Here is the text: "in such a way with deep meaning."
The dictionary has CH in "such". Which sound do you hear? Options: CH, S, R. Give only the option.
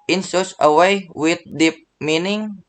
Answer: S